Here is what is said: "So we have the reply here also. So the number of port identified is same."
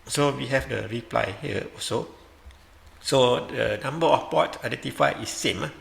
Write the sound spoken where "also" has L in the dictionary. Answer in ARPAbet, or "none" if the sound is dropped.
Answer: none